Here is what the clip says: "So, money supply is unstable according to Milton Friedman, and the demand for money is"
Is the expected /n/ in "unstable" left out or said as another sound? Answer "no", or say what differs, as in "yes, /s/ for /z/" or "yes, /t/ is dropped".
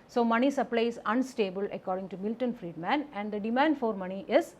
no